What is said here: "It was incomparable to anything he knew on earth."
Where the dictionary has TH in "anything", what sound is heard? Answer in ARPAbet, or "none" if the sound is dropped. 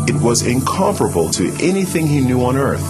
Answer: TH